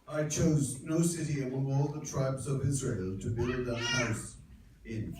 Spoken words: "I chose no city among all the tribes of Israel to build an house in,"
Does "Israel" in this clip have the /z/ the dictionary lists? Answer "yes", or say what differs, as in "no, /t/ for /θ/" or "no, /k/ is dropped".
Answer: yes